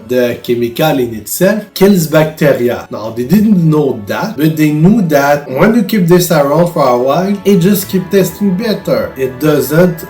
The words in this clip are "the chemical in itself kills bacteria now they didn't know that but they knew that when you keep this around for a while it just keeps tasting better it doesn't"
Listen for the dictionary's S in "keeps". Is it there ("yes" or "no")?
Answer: no